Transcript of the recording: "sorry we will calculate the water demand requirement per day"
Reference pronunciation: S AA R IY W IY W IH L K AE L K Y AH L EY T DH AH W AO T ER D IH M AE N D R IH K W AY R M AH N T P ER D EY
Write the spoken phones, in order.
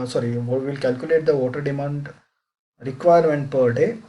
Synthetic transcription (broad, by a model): S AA R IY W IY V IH L K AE L K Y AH L EY T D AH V AO T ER D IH M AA N D R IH K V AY R M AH N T P ER D EY